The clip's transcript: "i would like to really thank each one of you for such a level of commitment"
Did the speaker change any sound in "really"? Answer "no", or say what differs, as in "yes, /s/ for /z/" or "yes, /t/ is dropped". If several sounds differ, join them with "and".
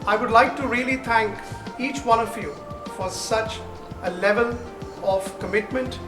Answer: no